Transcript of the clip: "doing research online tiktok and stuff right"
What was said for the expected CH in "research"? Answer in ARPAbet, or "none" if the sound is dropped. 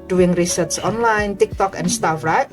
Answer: S